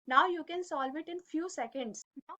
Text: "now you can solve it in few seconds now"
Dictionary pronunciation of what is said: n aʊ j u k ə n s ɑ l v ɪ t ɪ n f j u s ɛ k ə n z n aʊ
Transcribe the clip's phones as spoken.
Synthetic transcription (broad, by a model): n aʊ j u k ə n s ɑ l v ɪ t ɪ n f j u s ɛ k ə n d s